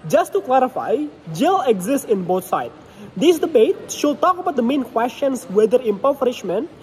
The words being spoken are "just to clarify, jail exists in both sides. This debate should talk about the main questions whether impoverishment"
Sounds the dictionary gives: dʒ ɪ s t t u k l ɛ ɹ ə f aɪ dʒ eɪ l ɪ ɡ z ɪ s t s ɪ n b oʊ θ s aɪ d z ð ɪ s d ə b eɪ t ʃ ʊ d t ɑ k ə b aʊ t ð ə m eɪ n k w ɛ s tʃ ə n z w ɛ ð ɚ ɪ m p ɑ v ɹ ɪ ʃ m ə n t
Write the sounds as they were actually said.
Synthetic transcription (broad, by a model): dʒ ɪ s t t u k l ɛ ɹ ə f aɪ dʒ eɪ l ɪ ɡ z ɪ s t ɪ n b oʊ t s aɪ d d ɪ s d ə b eɪ t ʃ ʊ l t ɑ k ə b aʊ t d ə m eɪ n k w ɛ s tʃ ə n s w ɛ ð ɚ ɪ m p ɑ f ɹ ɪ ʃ m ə n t